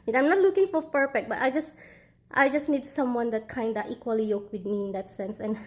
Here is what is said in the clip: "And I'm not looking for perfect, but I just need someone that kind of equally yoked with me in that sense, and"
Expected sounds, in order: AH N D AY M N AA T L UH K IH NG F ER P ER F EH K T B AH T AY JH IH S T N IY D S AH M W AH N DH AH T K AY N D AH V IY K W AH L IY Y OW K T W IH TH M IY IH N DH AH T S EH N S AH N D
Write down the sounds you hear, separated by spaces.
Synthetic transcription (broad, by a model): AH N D AY M N AA T L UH K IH NG F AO P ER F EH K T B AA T AY JH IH S T N IY D S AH M W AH N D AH T K AY N D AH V IY K W AH L IY Y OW K W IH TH M IY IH N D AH T S EH N S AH N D